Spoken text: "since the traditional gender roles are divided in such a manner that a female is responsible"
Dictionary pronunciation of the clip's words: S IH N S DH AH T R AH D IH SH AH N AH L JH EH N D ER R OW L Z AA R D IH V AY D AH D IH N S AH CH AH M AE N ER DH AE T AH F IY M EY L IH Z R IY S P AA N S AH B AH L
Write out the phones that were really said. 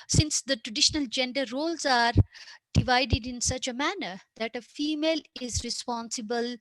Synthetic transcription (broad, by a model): S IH N S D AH T R AH D IH SH AH N AH L JH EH N D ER R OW L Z AA R D IH V AY D AH D IH N S AH CH AH M AE N ER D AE T AH F IY M EY L IH Z R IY S P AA N S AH B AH L